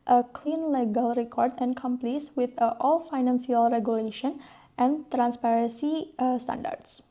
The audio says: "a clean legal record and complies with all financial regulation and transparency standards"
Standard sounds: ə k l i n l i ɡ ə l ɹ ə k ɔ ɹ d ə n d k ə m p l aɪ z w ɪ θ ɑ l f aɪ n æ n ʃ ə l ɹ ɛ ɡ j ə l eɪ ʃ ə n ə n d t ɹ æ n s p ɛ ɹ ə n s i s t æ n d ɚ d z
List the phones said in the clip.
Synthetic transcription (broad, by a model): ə k l i n l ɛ ɡ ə l ɹ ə k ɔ ɹ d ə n k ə m p l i s w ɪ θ ɑ l f aɪ n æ n s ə l ɹ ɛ ɡ j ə l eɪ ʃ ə n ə n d t ɹ æ n s p ɛ ɹ ə n s i s t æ n d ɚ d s